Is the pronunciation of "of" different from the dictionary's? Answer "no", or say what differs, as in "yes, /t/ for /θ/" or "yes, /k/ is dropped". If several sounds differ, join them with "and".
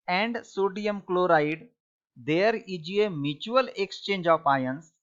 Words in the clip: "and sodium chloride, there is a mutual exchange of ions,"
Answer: yes, /p/ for /v/